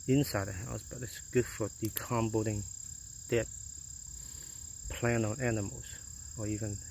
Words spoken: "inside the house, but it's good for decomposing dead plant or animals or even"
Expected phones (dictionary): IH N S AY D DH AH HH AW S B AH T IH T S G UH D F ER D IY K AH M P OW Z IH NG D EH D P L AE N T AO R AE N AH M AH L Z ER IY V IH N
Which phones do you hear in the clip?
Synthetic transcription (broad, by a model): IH N S AY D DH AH HH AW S B AH T IH T S G UH D F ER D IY K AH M B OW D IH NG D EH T P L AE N AO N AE N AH M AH L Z ER IY V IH N